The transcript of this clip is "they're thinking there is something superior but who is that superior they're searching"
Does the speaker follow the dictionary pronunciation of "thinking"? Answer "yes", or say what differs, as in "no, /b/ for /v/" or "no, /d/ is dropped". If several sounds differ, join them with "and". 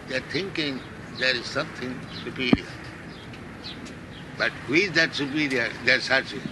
no, /t/ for /θ/